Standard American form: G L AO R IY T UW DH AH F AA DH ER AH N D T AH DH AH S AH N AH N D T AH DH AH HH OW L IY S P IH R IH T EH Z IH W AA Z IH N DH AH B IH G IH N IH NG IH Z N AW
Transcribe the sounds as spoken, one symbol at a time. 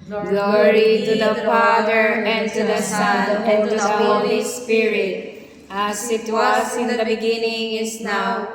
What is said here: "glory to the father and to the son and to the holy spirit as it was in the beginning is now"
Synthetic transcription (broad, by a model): G L AO R IY T UW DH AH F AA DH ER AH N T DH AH S AH N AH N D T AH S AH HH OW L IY S P IH R IH T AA S IH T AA S IH N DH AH B IH G IH N IH NG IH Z N AW